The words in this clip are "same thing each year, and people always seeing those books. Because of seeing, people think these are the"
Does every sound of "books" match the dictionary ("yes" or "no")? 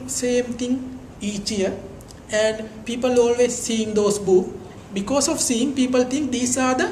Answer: no